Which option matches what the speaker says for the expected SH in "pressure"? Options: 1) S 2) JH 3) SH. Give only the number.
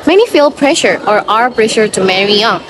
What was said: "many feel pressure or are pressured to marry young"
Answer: 3